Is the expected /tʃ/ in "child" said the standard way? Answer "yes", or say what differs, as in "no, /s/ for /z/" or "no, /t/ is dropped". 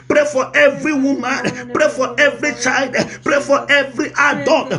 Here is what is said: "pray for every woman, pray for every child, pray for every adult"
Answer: yes